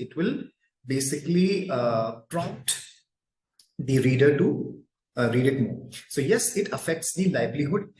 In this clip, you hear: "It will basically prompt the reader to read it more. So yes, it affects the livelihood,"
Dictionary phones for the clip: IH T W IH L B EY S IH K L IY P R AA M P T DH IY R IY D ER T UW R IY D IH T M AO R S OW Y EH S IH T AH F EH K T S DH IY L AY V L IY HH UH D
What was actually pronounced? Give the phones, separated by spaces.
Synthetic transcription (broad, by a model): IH T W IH L B EY S IH K L IY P R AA P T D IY R IY D ER T UW R IY D IH T M AO R S OW Y EH S IH T AH F EH K T S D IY L AY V L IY HH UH D